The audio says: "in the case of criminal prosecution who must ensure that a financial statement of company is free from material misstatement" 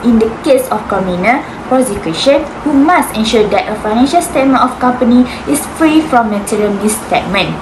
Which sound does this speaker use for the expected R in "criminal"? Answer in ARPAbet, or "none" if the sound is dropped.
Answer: none